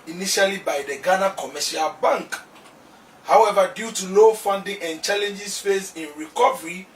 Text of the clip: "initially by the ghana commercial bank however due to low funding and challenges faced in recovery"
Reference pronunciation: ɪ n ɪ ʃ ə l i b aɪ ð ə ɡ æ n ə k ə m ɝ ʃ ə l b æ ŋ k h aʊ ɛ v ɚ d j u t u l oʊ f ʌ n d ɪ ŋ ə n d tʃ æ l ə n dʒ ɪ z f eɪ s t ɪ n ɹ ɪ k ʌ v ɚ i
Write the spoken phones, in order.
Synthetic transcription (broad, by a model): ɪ n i ʃ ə l i b aɪ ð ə ɡ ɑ n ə k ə m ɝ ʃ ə l b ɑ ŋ k h aʊ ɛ v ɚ d j u t u l oʊ f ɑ n d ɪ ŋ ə n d tʃ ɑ l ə n dʒ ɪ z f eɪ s ɪ n ɹ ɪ k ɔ v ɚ i